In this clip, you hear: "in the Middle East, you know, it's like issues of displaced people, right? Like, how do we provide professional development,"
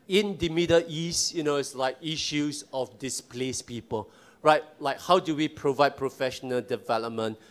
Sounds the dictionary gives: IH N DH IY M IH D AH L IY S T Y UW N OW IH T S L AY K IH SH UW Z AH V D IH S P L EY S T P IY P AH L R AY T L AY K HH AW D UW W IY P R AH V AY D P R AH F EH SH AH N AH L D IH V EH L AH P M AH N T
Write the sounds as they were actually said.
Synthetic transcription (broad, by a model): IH N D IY M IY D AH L IY S T Y UW N OW IH T S L AY K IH SH UW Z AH F D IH S P L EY S P IY P AH L R AY T L AY K HH AW D UW W IY P R AH V AY D P R AH F EH SH AH N AH L D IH V EH L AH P M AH N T